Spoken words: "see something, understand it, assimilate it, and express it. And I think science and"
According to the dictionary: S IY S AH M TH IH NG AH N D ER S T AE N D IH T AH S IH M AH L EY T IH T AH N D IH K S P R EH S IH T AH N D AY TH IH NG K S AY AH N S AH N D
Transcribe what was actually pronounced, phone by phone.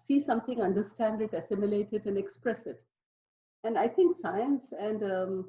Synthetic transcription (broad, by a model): S IY S AH M T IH NG AH N D ER S T AE N D IH T AH S IH M AH L EY T IH T AH N D IH K S P R EH S IH T AH N D AY T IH NG K S AY AH N S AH N D